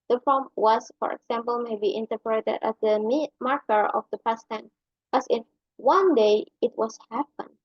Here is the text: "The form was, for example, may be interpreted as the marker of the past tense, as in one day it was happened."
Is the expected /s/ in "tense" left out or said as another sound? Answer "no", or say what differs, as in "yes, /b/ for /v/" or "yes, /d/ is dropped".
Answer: yes, /s/ is dropped